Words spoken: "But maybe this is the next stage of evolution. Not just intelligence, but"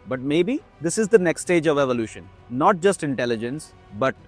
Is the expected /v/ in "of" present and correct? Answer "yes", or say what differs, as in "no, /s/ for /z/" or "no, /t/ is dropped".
yes